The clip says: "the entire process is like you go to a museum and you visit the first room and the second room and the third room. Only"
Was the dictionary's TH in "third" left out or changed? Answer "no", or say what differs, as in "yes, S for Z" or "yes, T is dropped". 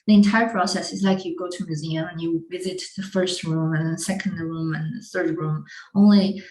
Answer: no